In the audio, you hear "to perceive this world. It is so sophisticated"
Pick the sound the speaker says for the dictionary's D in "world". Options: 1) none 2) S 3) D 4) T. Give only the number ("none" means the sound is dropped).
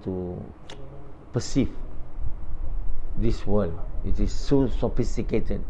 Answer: 1